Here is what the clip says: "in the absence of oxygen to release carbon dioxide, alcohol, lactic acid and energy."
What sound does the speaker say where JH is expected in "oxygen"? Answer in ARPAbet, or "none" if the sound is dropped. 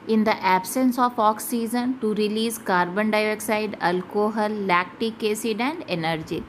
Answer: Z